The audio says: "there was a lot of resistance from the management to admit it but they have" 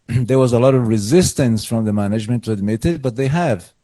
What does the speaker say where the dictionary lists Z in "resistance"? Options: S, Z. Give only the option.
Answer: Z